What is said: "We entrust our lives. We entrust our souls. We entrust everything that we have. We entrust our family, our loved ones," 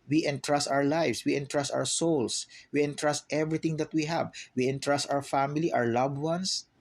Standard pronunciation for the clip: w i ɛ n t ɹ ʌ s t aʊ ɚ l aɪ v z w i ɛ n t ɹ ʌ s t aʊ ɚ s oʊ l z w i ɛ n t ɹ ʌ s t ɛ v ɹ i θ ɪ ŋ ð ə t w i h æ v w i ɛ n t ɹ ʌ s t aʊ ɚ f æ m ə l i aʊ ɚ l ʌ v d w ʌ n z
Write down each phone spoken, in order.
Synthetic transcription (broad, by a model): w i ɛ n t ɹ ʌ s t aʊ ɚ l aɪ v s w i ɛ n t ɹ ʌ s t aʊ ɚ s oʊ l s w i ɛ n t ɹ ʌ s t ɛ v ɹ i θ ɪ ŋ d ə t w i h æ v w i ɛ n t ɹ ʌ s t aʊ ɚ f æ m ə l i aʊ ɚ l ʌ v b w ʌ n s